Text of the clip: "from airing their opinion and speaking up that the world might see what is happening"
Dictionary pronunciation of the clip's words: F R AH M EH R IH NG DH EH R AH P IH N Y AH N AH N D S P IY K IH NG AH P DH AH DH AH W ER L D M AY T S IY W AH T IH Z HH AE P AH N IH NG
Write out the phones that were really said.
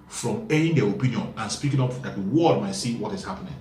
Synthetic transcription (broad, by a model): F R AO M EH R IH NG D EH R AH P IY N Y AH N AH N S P IY K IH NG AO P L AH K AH W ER D M AY T S IY W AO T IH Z HH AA P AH N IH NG